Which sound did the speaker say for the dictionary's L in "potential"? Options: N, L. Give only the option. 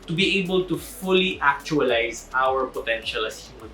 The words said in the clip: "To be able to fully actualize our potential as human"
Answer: L